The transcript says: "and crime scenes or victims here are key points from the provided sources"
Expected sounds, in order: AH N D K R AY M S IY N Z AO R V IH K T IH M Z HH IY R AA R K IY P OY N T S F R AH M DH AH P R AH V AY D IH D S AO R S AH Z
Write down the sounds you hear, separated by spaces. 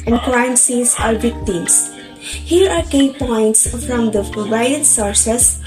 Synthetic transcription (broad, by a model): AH N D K L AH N S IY Z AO R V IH K T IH M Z HH IY R AA R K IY P OY N T S F R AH M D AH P R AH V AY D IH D S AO R S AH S